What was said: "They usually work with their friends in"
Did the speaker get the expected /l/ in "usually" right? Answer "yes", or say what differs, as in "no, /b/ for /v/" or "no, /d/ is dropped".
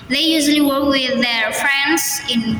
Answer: yes